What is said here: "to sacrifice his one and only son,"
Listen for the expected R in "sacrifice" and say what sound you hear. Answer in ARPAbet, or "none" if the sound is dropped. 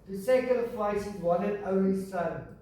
none